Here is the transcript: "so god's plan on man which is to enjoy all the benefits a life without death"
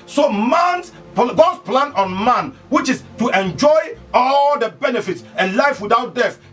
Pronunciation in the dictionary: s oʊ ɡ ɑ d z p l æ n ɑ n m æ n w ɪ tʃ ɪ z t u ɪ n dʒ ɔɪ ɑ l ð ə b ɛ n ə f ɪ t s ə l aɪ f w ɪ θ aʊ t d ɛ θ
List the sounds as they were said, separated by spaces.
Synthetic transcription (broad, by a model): s oʊ ɡ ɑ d s p l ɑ n ɑ n m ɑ n w ɪ tʃ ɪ s t u ɪ n dʒ ɔɪ ɑ l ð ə b ɛ n ə f ɪ t s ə l aɪ f w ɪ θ aʊ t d ɛ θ